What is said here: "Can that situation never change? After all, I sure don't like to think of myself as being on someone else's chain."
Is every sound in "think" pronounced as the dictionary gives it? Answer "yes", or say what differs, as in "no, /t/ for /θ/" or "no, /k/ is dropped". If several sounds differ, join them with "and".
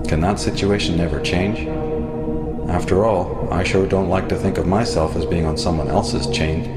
yes